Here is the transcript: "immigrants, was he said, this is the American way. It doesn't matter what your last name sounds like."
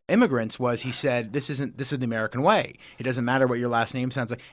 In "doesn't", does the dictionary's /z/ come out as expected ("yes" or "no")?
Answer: yes